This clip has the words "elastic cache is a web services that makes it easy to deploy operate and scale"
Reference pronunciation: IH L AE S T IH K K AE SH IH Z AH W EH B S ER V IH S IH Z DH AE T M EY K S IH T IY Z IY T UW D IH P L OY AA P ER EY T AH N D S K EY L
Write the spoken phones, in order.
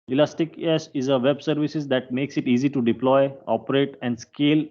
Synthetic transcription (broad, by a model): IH L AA S T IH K K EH S IH Z AH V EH B S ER V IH S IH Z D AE T M EY K S IH T IY Z IY T UW D IH P L OY AA P ER EY T AH N D S K EY L